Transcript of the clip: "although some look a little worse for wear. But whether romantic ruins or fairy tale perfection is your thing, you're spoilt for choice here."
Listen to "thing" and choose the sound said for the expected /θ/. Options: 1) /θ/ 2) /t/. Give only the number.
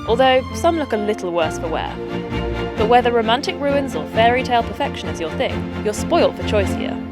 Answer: 1